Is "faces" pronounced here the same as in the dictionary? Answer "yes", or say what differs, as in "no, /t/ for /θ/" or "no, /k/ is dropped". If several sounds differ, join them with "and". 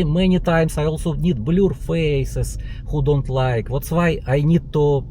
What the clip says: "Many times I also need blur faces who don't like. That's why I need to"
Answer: no, /s/ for /z/